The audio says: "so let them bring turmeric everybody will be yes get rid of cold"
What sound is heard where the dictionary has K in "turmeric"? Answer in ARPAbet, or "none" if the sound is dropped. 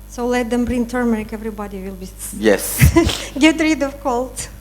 K